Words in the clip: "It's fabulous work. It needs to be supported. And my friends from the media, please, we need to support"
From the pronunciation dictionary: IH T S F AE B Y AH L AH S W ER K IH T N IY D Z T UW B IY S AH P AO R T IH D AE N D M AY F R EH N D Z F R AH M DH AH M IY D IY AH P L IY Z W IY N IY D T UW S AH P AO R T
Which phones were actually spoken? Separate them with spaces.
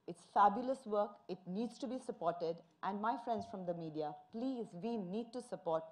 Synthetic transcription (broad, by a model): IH T S F AE B Y AH L AH S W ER K IH T N IY D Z T UW B IY S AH P AO R T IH D AE N D M AY F R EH N D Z F R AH M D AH M IY D IY AH P L IY Z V IY N IY D T UW S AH P AO R T